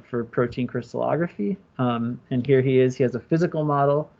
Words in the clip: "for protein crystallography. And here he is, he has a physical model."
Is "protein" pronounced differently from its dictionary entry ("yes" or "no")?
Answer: no